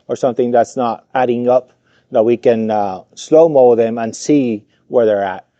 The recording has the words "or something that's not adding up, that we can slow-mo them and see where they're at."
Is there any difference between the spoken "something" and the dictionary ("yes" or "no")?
no